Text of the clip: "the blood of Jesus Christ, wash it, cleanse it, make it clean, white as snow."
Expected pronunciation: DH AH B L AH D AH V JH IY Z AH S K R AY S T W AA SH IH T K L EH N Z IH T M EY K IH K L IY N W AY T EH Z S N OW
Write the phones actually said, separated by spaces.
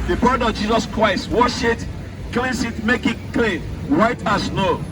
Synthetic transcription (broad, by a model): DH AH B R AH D AH V JH IY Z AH S K R AY S T W AA SH IH T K L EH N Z IH T M EY K IH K L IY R AY T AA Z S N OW